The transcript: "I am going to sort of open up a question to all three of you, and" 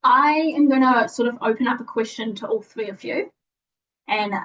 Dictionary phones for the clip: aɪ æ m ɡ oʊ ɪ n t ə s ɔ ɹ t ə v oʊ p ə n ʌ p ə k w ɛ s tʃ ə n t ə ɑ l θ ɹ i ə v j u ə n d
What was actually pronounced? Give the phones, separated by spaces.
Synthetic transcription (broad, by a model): aɪ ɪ m ɡ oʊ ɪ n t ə s ɔ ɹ t ə v oʊ p ə n ʌ p ə k w ɛ s tʃ ə n t ə ɑ l θ ɹ i ə v j u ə n